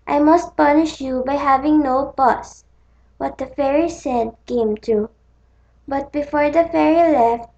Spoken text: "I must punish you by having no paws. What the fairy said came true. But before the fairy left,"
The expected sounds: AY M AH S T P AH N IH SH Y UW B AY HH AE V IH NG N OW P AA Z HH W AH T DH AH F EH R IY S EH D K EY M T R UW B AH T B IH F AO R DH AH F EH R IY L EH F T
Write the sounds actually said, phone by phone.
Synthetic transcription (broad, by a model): AY M AH S T P AH N IH SH Y UW B AY HH AE V IH NG N OW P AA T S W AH T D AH F EH R IY S EH D K EY M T UW B AH T B IH F AO R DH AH F EH R IY L EH F T